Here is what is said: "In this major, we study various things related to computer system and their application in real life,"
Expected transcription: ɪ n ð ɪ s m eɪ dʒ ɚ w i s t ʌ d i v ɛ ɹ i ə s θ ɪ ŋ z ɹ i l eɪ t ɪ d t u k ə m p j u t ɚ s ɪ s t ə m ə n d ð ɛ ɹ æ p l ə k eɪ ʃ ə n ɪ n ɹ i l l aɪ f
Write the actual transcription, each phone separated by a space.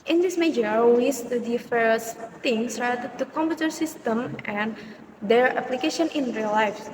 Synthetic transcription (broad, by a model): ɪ n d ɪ s m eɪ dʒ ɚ w i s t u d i f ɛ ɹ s t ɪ ŋ s ɹ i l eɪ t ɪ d t u k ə m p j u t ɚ s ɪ s t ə m ə n d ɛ ɹ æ p l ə k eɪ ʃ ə n ɪ n ɹ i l l aɪ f